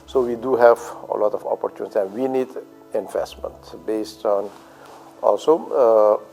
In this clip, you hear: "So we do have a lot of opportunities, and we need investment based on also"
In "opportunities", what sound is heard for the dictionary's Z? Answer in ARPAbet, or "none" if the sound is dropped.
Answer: none